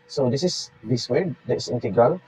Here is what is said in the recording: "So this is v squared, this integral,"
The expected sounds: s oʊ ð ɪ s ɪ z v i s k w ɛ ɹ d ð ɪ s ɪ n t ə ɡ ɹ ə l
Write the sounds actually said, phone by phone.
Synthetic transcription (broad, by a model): s oʊ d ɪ s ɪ s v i s w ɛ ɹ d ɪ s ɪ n t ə ɡ ɹ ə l